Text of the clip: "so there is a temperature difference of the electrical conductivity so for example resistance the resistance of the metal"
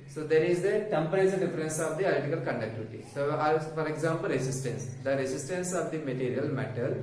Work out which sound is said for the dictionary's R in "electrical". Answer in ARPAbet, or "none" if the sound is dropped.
none